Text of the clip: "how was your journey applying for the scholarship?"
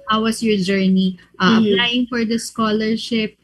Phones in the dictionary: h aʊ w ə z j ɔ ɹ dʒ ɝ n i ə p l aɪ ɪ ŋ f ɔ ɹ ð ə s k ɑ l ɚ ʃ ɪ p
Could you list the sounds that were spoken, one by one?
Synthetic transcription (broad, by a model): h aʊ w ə s j ɔ ɹ dʒ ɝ n i ə p l aɪ ɪ ŋ f ɔ ɹ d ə s k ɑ l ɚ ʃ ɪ p